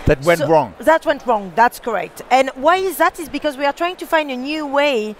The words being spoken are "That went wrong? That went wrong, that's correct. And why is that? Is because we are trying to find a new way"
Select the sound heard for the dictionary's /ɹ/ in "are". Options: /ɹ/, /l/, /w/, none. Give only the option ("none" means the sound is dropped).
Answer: /ɹ/